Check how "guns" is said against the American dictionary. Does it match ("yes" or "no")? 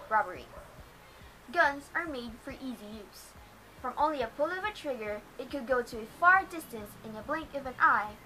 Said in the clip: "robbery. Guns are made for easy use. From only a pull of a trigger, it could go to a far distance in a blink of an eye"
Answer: yes